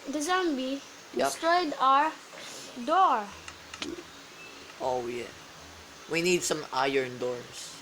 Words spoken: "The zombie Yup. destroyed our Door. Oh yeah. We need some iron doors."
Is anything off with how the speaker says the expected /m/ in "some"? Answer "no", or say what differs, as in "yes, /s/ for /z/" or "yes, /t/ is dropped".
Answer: no